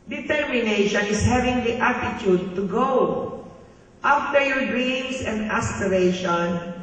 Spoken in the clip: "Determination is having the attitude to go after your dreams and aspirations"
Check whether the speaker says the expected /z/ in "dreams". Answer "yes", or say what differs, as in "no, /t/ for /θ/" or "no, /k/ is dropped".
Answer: no, /s/ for /z/